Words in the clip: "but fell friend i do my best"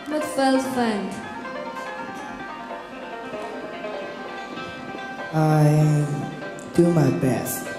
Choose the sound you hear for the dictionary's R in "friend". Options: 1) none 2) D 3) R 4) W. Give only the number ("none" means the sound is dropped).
1